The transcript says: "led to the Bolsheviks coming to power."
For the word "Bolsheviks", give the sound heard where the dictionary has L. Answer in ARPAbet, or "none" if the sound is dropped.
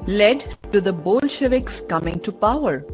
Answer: L